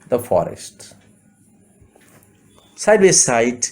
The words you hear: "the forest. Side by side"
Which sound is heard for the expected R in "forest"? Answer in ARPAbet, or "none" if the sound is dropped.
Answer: R